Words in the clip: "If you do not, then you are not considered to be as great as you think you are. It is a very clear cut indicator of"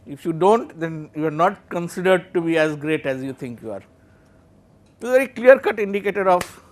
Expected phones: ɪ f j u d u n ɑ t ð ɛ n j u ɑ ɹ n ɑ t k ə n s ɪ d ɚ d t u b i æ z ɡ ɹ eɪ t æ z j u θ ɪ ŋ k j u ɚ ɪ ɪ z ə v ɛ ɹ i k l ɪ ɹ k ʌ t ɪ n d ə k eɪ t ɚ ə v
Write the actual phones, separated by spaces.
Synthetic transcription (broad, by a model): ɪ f j u d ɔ n t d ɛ n j u ɑ ɹ n ɑ t k ə n s ɪ d ɚ d t u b i æ z ɡ ɹ eɪ t æ z j u t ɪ ŋ k j u ɪ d ə v ɛ ɹ i k l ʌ ɹ k ʌ t ɪ n d ə k eɪ t ɚ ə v